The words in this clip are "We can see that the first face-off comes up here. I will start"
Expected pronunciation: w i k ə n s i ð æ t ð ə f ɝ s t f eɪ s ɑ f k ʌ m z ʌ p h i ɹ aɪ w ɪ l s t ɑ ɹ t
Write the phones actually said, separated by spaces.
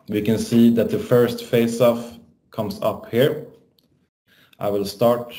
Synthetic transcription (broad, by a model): w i k ə n s i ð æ t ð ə f ɝ s t f eɪ s ɑ f k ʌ m s ʌ p h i ɹ aɪ w ɪ l s t ɑ ɹ t